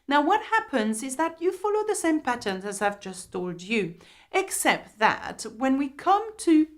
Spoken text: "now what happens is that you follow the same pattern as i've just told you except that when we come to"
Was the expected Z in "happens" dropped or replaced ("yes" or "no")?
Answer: no